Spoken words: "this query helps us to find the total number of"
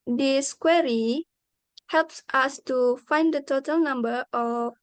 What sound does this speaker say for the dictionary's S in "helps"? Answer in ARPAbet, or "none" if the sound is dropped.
S